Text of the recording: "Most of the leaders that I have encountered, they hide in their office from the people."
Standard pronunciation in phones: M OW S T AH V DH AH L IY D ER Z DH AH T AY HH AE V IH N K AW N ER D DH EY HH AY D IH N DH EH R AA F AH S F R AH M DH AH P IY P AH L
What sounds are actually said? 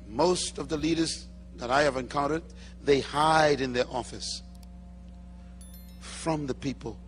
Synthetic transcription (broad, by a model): M OW S T AH V DH AH L IY D ER Z DH AH T AY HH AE V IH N K AW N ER D DH EY HH AY D IH N DH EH R AA F AH S F R AH M DH AH P IY P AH L